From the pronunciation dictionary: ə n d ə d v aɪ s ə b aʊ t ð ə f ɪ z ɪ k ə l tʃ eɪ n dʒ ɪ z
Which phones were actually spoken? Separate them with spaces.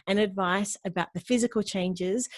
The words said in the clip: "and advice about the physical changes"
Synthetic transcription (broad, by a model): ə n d ə d v aɪ s ə b aʊ t ð ə f ɪ z ɪ k ə l tʃ eɪ n dʒ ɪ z